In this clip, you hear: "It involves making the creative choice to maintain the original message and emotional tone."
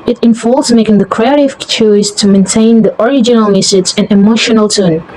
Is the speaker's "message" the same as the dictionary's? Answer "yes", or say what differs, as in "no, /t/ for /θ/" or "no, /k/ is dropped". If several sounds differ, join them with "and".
no, /z/ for /dʒ/